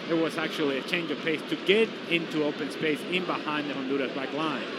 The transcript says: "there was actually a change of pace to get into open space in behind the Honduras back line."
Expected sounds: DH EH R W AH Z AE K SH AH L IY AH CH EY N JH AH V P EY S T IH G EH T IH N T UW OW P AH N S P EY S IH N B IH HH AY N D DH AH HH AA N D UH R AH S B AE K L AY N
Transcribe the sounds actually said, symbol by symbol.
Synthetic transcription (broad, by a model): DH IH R W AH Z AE K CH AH L IY AH CH EY N JH AH V P EY S T IH G EH T IH N T UW OW P AH N S P EY S IH N B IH HH AY N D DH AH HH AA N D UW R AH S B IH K L AY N